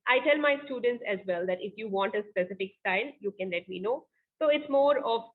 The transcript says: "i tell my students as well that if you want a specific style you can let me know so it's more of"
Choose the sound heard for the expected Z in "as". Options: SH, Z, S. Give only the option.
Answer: Z